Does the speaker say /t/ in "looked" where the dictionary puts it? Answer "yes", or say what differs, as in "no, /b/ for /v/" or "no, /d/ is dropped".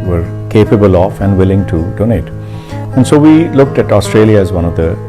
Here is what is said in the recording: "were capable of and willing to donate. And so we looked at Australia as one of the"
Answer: yes